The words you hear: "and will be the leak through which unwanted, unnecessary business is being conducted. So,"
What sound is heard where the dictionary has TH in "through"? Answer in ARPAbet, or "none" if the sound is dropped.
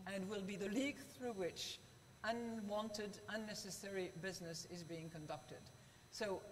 TH